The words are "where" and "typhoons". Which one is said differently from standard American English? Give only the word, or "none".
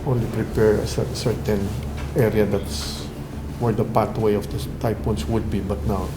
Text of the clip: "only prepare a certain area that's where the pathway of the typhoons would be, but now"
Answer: typhoons